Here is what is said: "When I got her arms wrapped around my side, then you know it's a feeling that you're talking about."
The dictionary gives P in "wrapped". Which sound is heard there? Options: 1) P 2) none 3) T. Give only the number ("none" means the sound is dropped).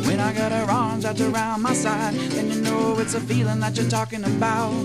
2